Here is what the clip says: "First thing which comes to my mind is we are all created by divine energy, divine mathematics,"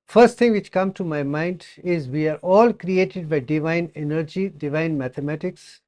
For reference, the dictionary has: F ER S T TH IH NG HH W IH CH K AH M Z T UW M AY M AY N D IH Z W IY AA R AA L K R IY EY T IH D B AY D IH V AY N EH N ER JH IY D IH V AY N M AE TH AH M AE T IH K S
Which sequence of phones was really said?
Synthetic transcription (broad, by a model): F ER S T T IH NG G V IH CH K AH M T UW M AY M AY N D IH Z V IY AA R AA L K R IY EY T IH D B AY D IH V AY N EH N ER JH IY D IH V AY N M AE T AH M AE T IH K S